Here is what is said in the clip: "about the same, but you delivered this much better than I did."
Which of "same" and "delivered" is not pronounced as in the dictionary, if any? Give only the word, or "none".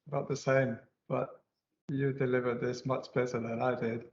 none